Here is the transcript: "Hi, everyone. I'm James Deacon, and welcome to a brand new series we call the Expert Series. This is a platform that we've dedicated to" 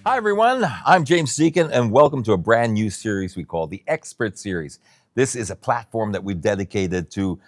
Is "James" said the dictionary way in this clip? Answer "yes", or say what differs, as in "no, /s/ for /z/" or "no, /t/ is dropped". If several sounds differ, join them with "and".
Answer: yes